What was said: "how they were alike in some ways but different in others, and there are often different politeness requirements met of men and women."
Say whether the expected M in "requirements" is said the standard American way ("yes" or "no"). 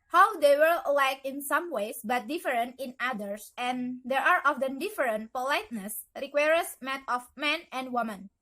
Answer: no